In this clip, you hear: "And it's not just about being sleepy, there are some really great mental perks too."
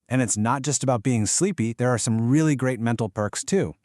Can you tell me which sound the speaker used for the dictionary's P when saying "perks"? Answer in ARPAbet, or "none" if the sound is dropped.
P